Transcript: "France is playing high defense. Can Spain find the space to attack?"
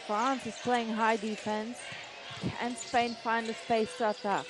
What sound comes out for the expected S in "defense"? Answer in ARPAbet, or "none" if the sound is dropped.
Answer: S